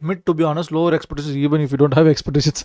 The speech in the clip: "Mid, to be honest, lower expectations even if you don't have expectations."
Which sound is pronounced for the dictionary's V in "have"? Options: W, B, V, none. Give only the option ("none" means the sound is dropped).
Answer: V